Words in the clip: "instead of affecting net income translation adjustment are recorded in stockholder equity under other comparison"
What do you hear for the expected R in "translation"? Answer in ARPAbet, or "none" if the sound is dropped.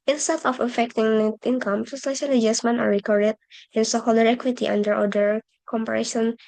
none